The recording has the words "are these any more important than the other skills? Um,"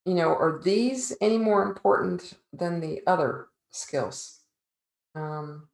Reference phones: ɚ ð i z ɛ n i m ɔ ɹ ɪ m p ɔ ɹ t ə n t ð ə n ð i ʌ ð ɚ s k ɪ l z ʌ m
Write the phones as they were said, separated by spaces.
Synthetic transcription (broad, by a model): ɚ ð i z ɛ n i m ɔ ɹ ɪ m p ɔ ɹ t n ð ə n ð i ʌ ð ɚ s k ɪ l z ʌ m